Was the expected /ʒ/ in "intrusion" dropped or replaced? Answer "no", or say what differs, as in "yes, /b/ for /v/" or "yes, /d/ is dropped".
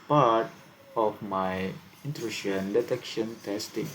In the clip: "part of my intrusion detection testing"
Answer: yes, /ʃ/ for /ʒ/